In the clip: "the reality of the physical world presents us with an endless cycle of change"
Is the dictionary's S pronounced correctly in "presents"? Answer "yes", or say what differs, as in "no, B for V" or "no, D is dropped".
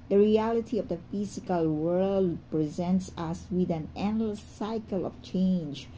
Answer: yes